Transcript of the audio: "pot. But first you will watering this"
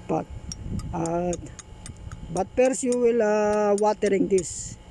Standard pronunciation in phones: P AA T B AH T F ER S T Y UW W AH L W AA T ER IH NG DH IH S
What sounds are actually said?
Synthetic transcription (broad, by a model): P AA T B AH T P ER S Y UW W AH L W AA T ER IH NG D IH S